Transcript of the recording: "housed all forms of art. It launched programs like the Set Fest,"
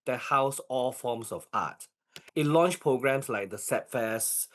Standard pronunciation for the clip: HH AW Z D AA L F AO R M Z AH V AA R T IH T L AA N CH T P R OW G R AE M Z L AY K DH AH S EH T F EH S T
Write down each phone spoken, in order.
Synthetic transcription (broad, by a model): HH AW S AA L F AO M S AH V AA T IH T L AA N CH P R OW G R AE M S L AY K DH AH S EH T F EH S